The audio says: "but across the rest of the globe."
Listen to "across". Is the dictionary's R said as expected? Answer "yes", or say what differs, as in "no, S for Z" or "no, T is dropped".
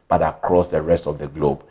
yes